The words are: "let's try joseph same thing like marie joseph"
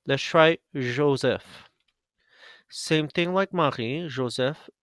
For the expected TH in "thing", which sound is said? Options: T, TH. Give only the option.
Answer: TH